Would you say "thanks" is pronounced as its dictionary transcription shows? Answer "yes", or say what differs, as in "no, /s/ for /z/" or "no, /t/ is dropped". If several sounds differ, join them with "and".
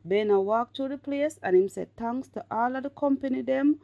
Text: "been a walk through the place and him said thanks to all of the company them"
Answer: no, /t/ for /θ/ and /k/ is dropped